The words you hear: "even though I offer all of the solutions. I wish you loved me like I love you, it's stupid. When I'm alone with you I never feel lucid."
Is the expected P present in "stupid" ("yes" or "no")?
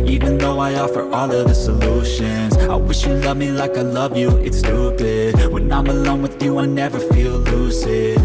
no